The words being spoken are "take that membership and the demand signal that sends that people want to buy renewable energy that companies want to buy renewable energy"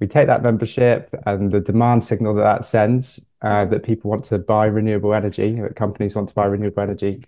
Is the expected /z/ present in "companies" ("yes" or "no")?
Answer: yes